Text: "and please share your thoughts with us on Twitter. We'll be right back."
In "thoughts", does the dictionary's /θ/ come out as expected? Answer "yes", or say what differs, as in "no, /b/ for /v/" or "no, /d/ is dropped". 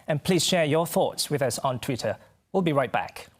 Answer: yes